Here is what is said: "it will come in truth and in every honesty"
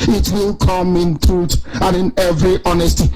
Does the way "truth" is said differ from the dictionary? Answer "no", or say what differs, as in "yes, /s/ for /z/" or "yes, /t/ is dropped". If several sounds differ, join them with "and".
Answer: yes, /t/ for /θ/